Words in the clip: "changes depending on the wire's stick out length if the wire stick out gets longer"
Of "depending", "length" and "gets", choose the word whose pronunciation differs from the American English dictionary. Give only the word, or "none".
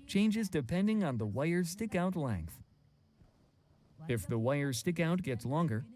none